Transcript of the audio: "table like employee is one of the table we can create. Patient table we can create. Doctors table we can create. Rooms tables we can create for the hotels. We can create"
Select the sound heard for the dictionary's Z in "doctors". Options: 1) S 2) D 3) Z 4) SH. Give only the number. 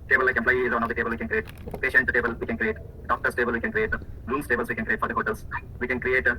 1